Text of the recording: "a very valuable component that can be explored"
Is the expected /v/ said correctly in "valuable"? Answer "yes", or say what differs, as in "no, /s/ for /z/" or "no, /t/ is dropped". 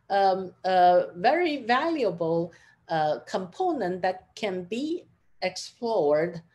yes